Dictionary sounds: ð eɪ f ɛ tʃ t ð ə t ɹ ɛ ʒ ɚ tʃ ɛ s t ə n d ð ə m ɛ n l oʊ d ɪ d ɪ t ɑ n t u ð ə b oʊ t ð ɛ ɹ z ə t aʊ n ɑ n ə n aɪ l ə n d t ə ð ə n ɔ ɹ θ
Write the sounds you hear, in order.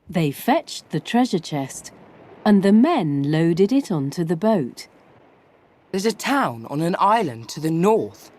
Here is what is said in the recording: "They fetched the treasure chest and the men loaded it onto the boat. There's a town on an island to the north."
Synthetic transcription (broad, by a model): ð eɪ f ɛ tʃ ð ə t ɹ ɛ ʒ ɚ tʃ ɛ s t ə n ð ə m ɛ n l oʊ d ɪ d ɪ t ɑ n t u ð ə b oʊ t ð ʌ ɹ z ə t aʊ n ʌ n ə n aɪ l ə n t ə ð ə n ɔ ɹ θ